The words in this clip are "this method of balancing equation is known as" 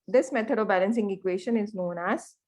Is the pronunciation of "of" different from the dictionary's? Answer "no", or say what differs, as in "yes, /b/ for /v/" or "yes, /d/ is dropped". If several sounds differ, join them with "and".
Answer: no